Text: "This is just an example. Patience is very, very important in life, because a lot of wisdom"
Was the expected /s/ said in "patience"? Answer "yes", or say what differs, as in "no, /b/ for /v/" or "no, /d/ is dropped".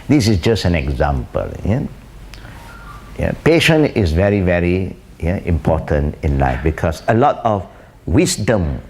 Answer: no, /s/ is dropped